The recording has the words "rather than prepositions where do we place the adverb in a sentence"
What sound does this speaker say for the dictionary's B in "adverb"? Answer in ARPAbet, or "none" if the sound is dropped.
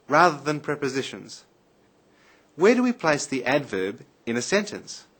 B